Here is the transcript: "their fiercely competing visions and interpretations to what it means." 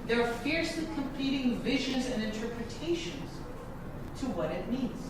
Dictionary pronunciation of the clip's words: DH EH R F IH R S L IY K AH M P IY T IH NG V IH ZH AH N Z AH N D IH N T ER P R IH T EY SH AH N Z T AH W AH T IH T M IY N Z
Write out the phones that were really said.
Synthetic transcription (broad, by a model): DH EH R F IH R S L IY K AH M P IY T IH NG V IH ZH AH N Z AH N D IH N T ER P R IH T EY SH AH N Z T AH W AH T IH T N IY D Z